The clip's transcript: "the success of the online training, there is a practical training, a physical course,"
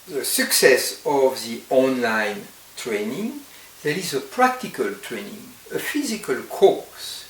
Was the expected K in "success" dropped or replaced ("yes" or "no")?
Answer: no